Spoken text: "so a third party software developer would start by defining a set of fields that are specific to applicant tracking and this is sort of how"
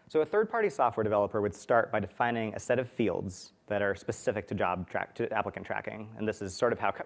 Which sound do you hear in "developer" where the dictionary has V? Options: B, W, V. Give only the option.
V